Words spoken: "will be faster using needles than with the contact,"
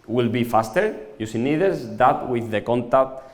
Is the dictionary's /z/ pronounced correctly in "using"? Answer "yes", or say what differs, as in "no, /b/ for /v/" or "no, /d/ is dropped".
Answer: no, /s/ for /z/